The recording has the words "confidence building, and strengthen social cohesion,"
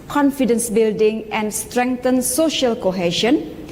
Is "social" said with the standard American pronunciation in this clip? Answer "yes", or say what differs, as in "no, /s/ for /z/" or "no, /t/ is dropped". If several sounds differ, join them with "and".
yes